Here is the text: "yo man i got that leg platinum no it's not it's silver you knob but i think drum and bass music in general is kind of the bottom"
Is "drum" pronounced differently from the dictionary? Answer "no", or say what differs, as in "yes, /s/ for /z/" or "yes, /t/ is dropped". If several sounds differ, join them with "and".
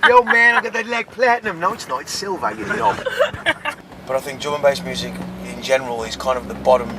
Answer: yes, /ɹ/ is dropped